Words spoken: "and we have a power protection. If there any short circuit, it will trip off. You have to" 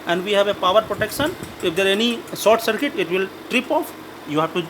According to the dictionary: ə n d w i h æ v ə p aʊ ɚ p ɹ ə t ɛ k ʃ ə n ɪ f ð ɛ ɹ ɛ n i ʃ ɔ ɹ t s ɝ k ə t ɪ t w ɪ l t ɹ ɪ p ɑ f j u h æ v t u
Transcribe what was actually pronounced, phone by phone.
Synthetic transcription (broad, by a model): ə n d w i h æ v ə p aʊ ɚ p ɹ ə t ɛ k ʃ ə n ɪ f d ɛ ɹ ɛ n i s ɔ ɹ t s ɝ k ə t ɪ t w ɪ l t ɹ ɪ p ɑ f j u h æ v t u